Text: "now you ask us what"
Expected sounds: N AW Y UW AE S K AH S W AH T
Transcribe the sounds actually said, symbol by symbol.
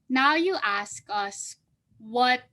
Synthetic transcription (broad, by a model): N AW Y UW AE S K AH S W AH T